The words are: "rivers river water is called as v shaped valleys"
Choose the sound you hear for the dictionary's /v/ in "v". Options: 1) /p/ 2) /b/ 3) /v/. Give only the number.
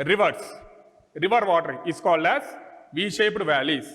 3